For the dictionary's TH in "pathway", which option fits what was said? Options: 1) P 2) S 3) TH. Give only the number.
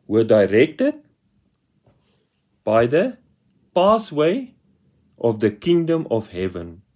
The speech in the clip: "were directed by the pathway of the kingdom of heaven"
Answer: 2